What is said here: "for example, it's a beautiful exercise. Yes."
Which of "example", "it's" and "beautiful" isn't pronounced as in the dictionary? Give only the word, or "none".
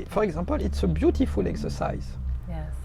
example